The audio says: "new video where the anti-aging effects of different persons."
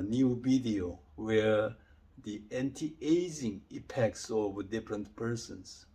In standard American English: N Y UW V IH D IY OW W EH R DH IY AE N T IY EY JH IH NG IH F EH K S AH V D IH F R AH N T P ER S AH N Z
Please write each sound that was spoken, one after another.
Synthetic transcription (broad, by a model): N Y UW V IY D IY OW W EH R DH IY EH N T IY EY Z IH NG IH P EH K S AH V D IH F R AH N T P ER S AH N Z